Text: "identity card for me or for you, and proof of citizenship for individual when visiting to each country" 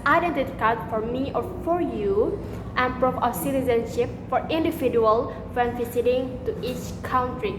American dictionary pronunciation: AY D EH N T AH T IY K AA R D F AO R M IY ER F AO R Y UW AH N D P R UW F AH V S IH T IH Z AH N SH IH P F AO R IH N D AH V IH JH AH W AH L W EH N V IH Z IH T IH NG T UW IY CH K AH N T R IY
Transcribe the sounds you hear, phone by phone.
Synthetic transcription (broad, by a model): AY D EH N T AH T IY K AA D F AO R M IY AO F AO R Y UW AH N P R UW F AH S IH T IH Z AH N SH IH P F AO R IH N D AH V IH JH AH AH L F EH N F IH S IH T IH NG T UW IY CH K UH N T R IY